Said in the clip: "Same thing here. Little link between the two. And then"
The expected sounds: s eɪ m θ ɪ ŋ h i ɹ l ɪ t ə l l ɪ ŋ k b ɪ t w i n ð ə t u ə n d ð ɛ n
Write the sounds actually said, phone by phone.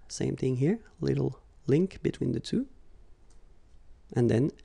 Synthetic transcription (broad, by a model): s eɪ m θ ɪ ŋ h i ɹ l ɪ t l l ɪ ŋ k b ɪ t w i n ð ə t u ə n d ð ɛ n